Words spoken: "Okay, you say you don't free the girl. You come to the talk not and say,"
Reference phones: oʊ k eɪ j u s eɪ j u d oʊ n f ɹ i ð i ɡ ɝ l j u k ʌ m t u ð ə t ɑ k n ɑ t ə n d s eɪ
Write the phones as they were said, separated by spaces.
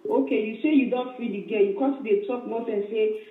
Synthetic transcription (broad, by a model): oʊ k eɪ j u s eɪ j u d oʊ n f i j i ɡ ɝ j u k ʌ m t u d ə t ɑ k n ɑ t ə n s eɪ